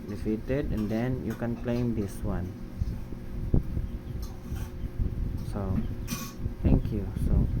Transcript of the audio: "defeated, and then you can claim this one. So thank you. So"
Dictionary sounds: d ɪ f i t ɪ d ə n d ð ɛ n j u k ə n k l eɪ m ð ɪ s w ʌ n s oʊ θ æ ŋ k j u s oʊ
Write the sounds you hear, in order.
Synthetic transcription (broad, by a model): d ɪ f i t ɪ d ə n d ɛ n j u k ə n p l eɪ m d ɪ s w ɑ n s oʊ t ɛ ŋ k j u s oʊ